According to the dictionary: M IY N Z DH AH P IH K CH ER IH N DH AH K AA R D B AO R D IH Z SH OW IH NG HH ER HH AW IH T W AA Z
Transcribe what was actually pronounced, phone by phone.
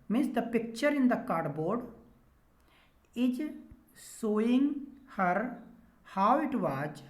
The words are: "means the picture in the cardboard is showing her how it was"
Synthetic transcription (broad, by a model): M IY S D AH P IH K CH ER IH N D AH K AA R D B AO R D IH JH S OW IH NG HH ER HH AW IH T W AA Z